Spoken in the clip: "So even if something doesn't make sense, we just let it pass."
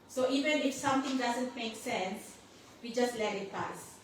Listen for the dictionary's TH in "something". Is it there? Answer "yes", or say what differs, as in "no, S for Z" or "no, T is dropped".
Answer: no, T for TH